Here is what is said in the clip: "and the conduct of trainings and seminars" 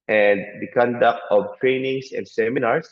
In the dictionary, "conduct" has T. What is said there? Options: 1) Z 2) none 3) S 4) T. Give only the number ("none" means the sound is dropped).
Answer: 4